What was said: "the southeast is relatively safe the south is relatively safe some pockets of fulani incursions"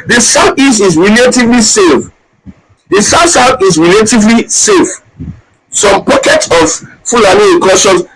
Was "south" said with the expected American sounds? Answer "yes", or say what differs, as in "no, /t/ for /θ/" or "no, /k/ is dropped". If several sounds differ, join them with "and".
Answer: no, /s/ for /θ/